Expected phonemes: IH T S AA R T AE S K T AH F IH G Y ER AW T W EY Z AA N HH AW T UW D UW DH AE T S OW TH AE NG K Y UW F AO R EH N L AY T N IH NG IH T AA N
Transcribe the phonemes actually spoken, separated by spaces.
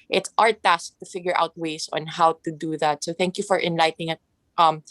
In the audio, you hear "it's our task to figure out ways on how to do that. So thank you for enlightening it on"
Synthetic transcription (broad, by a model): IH T S AA R T AE S K T AH F IH G Y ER AW T W EY S AA N HH AW T UW D UW DH AE T S OW TH AE NG K Y UW F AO R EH N L AY T IH NG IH T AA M